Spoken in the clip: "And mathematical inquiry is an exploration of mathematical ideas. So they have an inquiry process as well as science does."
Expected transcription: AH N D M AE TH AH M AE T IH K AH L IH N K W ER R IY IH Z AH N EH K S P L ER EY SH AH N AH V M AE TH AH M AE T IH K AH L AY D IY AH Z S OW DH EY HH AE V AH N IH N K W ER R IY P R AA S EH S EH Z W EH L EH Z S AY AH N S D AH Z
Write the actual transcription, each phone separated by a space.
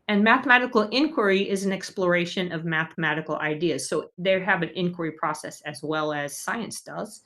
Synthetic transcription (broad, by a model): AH N M AE TH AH M AE T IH K L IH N K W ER R IY IH Z N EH K S P L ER EY SH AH N AH V M AE TH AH M AE T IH K L AY D IY AH Z S OW DH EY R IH V AH N IH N K W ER R IY P R AA S EH S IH Z W EH L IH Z S AY AH N S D AH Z